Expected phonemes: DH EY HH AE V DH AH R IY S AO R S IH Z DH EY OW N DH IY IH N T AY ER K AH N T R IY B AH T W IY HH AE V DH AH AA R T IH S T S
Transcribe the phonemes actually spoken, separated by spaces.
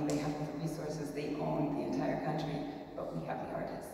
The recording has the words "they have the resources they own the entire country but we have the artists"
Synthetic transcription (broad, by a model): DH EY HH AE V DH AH R IY S AO R S IH Z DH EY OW L DH IY IH N T AY ER K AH N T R IY B AH T W IY HH AE V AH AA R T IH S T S